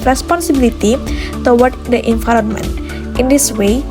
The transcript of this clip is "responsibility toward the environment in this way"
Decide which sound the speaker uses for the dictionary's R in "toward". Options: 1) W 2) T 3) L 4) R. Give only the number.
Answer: 1